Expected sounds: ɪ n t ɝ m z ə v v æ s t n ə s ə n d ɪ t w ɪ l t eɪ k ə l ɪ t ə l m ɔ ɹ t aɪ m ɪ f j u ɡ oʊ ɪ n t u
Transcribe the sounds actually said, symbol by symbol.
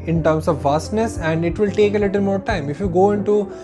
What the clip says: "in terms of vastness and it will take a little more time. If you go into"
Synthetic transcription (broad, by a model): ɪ n t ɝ m s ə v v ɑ s t n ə s ə n d ɪ t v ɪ l t eɪ k ə l ɪ t ə l m ɔ ɹ t aɪ m ɪ f j u ɡ oʊ ɪ n t u